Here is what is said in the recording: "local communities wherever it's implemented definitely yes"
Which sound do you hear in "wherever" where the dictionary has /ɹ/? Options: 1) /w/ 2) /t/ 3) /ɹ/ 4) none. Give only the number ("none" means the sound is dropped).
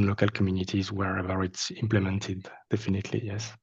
3